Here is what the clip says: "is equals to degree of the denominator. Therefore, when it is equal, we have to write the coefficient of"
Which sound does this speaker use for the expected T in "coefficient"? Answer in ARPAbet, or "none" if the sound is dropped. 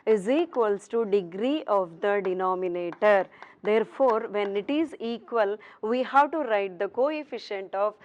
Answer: T